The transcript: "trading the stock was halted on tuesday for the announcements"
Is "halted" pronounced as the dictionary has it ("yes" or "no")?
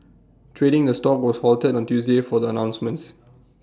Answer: yes